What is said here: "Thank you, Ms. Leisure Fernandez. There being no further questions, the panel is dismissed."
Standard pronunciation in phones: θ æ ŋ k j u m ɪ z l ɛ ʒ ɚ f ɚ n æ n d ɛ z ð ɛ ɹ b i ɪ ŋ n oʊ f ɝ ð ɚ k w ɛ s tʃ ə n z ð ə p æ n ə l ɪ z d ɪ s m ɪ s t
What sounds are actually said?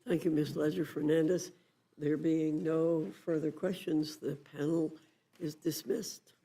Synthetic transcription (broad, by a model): θ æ ŋ k j u m ɪ s l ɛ z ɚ f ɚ n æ n d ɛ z ð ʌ ɹ b i ɪ ŋ n oʊ f ɝ ð ɚ k w ɛ s tʃ ə n z ð ə p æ n l ɪ z d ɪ s m ɪ s t